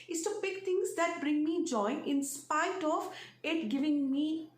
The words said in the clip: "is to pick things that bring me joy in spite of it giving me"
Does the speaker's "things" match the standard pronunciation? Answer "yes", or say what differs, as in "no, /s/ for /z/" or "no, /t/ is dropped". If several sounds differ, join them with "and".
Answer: no, /t/ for /θ/